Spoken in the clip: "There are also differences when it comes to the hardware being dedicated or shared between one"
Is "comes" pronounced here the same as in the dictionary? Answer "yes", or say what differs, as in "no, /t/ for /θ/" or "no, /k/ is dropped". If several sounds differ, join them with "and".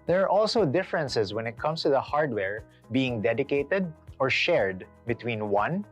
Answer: no, /s/ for /z/